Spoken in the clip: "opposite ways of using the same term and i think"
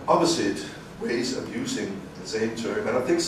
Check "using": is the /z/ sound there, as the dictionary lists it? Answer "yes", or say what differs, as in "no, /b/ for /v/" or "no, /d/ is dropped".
yes